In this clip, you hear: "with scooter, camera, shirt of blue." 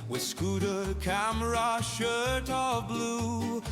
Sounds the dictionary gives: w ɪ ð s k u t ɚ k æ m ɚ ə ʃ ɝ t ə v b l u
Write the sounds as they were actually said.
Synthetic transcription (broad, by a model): w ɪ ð s k u t ɚ k æ m ɚ ə ʃ ɝ t ə v b l u